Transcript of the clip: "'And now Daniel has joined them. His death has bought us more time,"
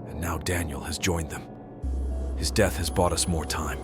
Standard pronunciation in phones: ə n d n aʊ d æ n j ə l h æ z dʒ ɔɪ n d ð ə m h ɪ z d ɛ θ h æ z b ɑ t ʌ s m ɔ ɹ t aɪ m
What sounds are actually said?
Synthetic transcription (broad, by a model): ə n n aʊ d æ n j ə l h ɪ z dʒ ɔɪ n ð ə m h ɪ z d ɛ θ h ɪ z b ɑ t ʌ s m ɔ ɹ t aɪ m